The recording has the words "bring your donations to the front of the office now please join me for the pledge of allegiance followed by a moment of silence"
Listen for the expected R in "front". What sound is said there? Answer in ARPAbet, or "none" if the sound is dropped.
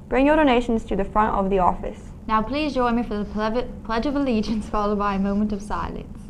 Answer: R